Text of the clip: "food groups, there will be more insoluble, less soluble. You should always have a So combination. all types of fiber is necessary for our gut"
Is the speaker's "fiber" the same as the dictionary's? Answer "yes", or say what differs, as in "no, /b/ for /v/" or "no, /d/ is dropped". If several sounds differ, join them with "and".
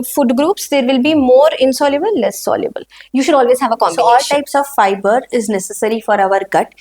yes